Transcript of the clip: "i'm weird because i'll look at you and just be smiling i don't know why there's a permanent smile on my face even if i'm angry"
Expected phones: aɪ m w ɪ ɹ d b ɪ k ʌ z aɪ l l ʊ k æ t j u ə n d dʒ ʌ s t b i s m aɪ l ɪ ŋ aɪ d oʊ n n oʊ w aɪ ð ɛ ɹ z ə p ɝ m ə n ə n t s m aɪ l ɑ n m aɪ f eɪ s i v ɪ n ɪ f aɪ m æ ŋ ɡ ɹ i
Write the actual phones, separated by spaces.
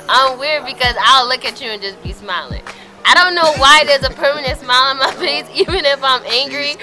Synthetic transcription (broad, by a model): aɪ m w ɪ ɹ d b ɪ k ʌ z aɪ l l ʊ k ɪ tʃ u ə n dʒ ʌ s b i s m aɪ l ɪ ŋ aɪ d oʊ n n oʊ w aɪ ð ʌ ɹ z ə p ɝ m ə n ə n t s m aɪ l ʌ n m aɪ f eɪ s i v ɪ n ɪ f aɪ m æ ŋ ɡ ɹ i